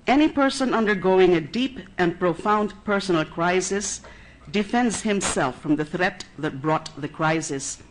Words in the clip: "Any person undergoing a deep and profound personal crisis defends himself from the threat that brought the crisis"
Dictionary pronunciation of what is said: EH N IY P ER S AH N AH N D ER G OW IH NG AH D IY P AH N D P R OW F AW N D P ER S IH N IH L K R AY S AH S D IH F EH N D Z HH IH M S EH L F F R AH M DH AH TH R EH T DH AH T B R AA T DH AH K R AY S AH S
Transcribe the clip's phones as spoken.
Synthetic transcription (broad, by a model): EH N IY P ER S AH N AH N D ER G OW IH NG AH D IY P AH N P R OW F AW N D P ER S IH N L K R AY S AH S D IH F EH N D Z HH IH M S EH L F F R AH M DH AH TH R EH T DH AH T B R AA T DH AH K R AY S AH S